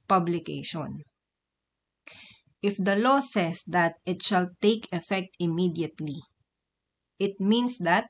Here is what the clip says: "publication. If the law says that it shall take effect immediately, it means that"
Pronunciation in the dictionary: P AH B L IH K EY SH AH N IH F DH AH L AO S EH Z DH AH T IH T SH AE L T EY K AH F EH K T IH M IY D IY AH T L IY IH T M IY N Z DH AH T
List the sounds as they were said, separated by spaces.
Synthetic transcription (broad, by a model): P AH B L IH K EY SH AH N IH F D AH L AO S EH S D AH T IH T SH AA L T EY K AH F EH K T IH M IY D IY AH T L IY IH T M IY N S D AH T